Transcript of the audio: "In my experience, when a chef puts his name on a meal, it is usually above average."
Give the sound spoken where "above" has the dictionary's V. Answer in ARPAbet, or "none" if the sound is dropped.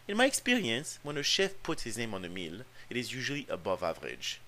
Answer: V